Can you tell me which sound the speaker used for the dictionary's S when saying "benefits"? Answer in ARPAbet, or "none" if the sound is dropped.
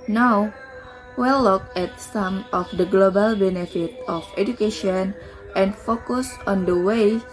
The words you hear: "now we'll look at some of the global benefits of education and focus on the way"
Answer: none